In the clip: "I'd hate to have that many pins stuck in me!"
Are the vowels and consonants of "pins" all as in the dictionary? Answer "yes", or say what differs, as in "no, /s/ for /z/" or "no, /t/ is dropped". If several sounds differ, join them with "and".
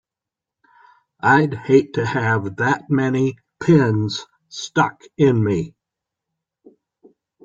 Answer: yes